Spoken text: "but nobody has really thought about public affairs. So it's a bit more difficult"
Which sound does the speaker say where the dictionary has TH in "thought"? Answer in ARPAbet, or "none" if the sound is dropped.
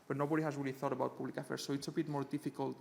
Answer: TH